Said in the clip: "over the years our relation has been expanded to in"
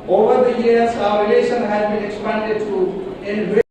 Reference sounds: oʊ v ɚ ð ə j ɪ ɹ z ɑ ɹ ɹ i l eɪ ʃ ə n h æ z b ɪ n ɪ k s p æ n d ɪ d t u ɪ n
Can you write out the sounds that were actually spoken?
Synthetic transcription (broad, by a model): oʊ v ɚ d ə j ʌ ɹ s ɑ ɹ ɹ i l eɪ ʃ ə n h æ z b ɪ n ɪ k s p æ n d ɪ d t u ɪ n